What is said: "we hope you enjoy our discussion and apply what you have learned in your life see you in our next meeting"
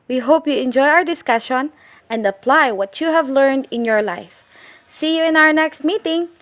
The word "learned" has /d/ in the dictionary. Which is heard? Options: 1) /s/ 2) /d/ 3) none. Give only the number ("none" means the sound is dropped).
2